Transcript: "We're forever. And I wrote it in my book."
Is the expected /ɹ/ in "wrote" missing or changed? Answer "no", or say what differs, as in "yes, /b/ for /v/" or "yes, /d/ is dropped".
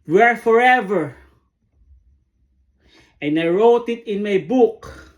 no